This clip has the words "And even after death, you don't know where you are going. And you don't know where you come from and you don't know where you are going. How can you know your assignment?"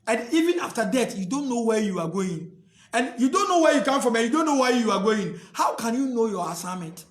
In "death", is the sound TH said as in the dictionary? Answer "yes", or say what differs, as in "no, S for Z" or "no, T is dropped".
no, T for TH